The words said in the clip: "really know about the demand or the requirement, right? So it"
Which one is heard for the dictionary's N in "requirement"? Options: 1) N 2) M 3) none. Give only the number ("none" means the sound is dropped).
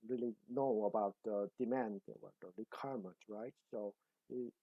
3